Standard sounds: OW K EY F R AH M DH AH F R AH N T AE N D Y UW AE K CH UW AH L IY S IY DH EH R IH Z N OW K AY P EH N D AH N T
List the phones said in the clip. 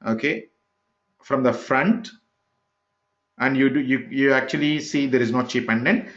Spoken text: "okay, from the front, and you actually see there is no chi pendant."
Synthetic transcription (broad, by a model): OW K EY F R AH M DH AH F R AH N T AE N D Y UW AE K CH UW AH L IY S IY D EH R IH Z N OW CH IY P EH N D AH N